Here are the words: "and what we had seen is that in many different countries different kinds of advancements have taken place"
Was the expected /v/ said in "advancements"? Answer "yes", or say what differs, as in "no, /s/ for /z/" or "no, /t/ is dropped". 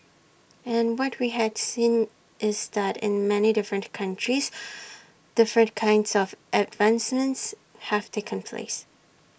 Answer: yes